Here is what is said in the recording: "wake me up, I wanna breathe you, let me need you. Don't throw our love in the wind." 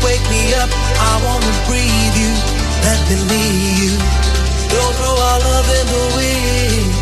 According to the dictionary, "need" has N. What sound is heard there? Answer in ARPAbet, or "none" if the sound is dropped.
L